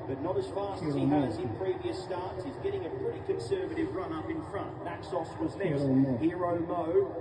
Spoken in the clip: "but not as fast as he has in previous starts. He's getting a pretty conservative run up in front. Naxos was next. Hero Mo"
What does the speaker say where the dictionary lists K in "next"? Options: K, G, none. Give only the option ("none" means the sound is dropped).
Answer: none